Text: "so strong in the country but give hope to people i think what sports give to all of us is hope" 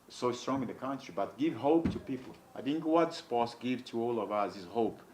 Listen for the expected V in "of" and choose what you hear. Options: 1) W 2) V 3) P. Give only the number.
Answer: 2